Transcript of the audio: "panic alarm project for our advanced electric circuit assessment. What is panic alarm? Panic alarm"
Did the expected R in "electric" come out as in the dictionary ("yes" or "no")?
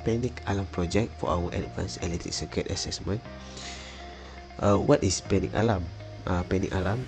no